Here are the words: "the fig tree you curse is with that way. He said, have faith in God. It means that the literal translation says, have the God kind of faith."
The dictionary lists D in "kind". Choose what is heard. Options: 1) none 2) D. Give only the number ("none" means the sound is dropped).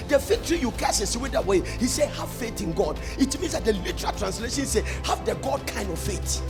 2